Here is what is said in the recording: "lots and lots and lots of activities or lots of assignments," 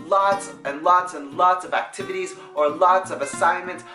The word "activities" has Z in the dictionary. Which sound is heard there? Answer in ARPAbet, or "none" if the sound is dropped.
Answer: Z